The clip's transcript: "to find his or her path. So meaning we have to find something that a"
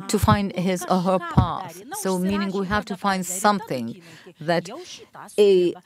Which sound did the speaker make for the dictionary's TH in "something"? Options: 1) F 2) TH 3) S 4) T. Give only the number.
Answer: 2